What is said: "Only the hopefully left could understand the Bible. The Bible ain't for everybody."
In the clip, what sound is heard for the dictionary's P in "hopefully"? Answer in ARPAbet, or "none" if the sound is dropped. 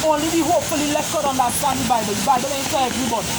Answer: none